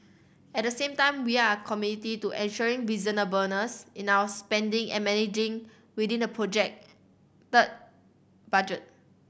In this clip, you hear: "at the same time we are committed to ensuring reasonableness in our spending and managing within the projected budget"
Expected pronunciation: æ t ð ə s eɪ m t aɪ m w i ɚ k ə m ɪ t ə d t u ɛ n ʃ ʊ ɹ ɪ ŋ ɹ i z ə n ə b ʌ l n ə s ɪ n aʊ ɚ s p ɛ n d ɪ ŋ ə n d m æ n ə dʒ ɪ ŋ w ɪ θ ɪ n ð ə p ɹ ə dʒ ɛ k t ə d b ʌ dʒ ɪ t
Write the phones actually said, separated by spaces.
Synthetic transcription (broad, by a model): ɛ t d ə s eɪ m t aɪ m w i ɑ k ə m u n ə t t u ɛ n ʃ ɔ ɹ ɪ ŋ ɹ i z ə n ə b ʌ n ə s ɪ n aʊ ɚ s p ɛ n d ɪ ŋ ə n m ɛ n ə dʒ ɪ ŋ w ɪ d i n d ə p ɹ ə dʒ ɛ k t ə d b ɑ dʒ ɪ t